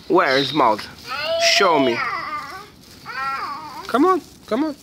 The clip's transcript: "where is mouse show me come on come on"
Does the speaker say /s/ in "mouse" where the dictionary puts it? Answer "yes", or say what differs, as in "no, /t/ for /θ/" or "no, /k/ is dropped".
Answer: no, /θ/ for /s/